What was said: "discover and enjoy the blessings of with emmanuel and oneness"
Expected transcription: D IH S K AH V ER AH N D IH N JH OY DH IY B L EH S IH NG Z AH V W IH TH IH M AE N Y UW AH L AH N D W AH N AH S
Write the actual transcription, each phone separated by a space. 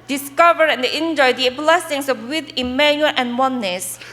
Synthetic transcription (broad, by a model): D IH S K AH V ER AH N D IH N JH OY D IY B L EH S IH NG S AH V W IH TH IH M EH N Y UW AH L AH N W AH N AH S